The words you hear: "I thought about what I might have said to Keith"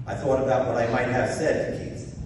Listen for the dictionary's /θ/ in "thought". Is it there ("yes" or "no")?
yes